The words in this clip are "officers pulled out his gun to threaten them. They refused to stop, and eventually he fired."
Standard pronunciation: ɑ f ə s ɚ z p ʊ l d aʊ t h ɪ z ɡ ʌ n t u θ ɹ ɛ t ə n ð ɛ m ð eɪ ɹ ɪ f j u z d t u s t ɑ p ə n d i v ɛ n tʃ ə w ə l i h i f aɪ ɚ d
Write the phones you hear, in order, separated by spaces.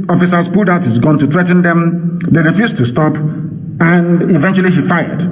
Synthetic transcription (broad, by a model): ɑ f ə s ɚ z p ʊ d aʊ t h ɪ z ɡ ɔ n t u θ ɹ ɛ t n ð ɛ m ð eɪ ɹ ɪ f j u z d t u s t ɑ p ə n d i v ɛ n tʃ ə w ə l i h i f aɪ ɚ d